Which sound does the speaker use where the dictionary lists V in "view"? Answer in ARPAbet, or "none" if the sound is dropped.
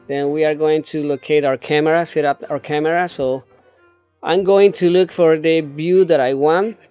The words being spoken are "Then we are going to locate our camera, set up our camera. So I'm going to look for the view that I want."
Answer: B